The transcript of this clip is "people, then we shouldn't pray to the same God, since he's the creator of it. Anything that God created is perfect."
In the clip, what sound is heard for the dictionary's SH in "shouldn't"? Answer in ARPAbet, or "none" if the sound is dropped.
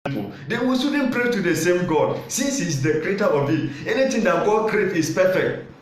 S